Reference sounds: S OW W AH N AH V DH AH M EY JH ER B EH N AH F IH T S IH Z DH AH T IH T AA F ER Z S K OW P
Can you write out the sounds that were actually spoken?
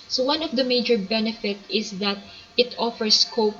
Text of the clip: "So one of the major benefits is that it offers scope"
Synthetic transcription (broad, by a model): S OW W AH N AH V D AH M EY JH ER B EH N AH F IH T IH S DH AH T IH T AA F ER S K OW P